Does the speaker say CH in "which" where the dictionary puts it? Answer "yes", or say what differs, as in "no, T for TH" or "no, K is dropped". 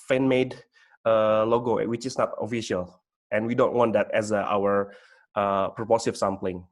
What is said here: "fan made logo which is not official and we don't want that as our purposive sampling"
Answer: yes